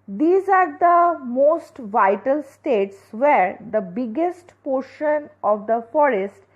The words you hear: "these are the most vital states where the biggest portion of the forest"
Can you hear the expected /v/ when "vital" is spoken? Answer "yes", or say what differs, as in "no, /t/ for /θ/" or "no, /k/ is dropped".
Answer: yes